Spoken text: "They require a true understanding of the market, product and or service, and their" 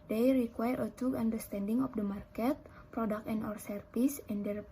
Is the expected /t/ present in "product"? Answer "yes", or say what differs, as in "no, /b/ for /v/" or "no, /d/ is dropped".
no, /t/ is dropped